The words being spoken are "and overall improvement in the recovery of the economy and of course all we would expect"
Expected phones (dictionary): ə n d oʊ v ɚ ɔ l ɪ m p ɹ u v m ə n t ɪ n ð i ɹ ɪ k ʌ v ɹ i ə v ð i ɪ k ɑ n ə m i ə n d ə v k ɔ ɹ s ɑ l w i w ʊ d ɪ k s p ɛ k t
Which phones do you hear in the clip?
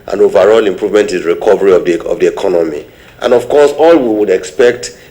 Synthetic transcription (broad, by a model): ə n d oʊ v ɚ ɔ l ɪ m p ɹ u v m ə n t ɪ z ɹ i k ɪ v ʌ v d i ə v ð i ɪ k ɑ n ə m i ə n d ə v k ɔ s ɑ l w i w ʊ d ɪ k s p ɛ k t